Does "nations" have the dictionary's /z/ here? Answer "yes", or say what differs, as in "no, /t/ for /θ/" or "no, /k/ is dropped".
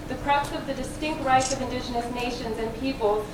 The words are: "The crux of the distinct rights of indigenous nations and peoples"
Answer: yes